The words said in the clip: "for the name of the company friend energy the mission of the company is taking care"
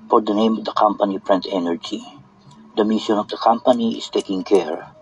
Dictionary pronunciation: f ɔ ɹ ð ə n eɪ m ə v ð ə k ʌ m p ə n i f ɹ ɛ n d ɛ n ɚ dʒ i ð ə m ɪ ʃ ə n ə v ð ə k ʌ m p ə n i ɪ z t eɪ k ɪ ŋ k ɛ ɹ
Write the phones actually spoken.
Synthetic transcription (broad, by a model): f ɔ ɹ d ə n eɪ m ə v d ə k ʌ m p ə n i p ɹ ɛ n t ɛ n ɚ dʒ i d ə m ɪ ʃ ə n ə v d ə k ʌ m p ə n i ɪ s t eɪ k ɪ ŋ k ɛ ɹ